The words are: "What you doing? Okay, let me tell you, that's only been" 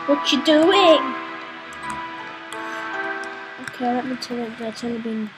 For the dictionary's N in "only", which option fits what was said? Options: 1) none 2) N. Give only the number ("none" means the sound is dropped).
1